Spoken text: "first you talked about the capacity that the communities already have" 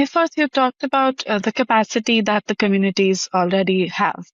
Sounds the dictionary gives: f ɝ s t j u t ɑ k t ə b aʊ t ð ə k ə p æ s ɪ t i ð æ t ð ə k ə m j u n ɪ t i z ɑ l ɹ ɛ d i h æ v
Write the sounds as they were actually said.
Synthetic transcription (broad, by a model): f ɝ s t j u t ɑ k t ə b aʊ t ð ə k ə p æ s ɪ t i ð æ t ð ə k ə m j u n ɪ t i z ɑ l ɹ ɛ d i h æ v